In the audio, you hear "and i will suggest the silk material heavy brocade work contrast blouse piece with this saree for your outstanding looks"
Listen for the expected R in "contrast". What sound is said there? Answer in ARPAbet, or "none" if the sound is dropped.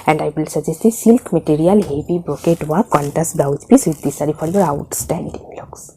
none